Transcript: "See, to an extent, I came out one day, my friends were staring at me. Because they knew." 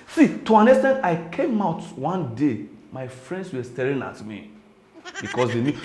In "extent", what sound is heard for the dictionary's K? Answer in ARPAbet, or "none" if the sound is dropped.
none